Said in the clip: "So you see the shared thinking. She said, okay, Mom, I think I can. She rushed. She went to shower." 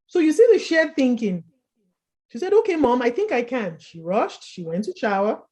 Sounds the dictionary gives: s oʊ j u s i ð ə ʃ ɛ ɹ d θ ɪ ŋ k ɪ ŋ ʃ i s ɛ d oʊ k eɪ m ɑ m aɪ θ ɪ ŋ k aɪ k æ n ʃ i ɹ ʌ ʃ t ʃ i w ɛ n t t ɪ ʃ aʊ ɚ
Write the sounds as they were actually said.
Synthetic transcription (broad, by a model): s oʊ j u s i ð ə ʃ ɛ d θ ɪ ŋ k ɪ ŋ ʃ i s ɛ d oʊ k eɪ m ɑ m aɪ θ ɪ ŋ k aɪ k æ n ʃ i ɹ ʌ ʃ t ʃ i w ɛ n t t ɪ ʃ aʊ ɚ